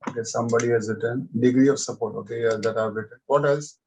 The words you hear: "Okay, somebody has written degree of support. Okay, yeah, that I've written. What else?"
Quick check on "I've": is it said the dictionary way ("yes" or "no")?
no